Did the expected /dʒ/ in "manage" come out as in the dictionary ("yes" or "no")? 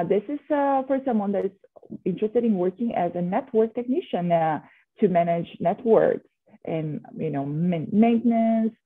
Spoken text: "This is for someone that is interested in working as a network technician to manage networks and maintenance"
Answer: yes